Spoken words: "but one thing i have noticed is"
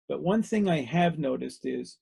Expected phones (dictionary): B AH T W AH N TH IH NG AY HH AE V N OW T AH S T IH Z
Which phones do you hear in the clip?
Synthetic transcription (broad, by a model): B AH T W AH N TH IH NG AY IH V N OW T AH S T IH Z